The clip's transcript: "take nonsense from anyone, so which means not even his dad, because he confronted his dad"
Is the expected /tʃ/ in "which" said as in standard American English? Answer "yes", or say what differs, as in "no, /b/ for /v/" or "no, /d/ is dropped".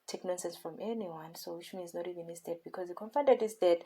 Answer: no, /ʃ/ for /tʃ/